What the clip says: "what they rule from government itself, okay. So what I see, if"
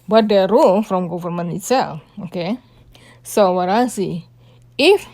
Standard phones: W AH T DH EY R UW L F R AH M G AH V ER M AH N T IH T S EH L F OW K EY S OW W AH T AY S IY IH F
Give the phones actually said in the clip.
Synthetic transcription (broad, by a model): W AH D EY R UW L F R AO M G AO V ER M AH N IH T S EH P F OW K EY S OW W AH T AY S IY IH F